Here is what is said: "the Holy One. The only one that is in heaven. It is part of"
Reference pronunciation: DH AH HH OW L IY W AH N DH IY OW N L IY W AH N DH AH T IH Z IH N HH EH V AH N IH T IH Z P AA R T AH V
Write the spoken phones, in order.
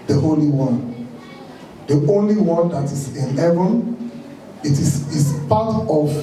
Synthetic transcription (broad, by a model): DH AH HH OW L IY W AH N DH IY OW N L IY W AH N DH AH T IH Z IH N HH EH V AH N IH T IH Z P AA T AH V